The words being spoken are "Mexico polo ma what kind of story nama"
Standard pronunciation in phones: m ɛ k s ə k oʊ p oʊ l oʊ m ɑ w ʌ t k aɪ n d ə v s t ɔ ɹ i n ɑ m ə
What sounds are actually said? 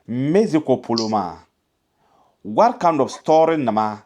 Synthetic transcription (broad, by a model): m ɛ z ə k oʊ p oʊ l oʊ m ɑ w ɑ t k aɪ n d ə b s t ɔ ɹ i n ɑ m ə